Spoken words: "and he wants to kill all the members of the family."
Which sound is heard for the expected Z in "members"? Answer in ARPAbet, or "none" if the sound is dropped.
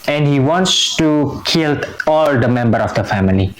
none